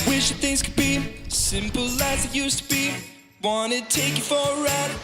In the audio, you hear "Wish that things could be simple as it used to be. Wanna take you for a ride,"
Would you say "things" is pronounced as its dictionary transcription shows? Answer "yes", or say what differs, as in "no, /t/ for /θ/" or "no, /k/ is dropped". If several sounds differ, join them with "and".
yes